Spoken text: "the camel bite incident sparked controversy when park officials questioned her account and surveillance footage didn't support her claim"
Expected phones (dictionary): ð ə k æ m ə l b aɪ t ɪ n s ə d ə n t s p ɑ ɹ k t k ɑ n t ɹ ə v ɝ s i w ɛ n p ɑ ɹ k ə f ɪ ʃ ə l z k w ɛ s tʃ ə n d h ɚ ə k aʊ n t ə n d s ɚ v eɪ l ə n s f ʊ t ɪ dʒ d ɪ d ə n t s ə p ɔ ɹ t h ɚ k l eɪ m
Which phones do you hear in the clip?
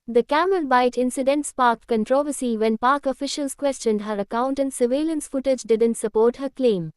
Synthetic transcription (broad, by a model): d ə k æ m ə l b aɪ t ɪ n s ə d ə n t s p ɑ ɹ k k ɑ n t ɹ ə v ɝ s i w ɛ n p ɑ ɹ k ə f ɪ ʃ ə l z k w ɛ s tʃ ə n d h ɚ ə k aʊ n t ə n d s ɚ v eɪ l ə n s f ʊ t ɪ dʒ d ɪ d ə n t s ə p ɔ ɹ t h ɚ k l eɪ m